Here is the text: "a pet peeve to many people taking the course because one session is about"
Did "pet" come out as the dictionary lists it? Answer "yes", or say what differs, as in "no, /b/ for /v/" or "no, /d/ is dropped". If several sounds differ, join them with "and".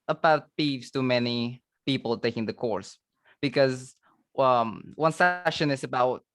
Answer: no, /b/ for /p/